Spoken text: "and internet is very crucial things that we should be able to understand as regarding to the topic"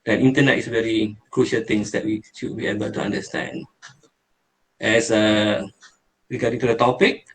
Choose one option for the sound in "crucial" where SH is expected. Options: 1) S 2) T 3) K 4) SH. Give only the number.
4